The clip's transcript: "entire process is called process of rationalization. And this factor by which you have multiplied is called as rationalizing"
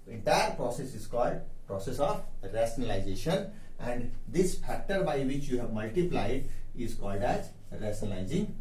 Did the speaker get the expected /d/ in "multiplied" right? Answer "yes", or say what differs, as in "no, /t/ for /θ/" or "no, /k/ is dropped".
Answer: yes